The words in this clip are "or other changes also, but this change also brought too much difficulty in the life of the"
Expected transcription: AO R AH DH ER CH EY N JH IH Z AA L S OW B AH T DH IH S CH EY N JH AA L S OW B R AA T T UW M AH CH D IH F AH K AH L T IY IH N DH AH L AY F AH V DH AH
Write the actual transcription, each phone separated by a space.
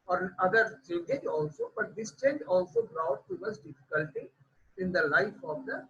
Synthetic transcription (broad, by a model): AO R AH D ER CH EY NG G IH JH AA L S OW B AH T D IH S CH EY N JH AA L S OW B R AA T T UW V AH S D IH F AH K AH L T IY IH N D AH L AY F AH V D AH